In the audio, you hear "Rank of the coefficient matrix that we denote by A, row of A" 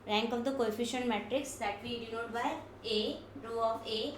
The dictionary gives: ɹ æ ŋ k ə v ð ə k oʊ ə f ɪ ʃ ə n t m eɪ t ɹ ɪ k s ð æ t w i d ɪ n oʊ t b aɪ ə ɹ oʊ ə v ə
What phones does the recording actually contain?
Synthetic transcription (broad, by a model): ɹ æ ŋ k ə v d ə k oʊ ə f ɪ ʃ ə n t m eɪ t ɹ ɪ k s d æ t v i d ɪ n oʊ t b aɪ ə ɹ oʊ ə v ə